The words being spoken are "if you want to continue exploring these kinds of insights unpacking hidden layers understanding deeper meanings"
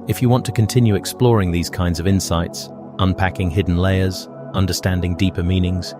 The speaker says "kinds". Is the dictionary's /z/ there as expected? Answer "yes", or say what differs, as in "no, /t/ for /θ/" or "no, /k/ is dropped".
yes